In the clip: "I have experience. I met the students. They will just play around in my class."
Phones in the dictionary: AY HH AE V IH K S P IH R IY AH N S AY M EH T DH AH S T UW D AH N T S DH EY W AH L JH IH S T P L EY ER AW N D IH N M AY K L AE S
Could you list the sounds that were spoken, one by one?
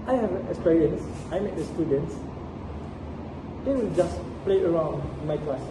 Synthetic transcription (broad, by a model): AY HH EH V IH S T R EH L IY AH N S AY M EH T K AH S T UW D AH N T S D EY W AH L JH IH S P L EY ER AW N D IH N M AY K L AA S